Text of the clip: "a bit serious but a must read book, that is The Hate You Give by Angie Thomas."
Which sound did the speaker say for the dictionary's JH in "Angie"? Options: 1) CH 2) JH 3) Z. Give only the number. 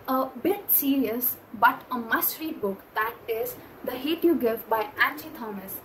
1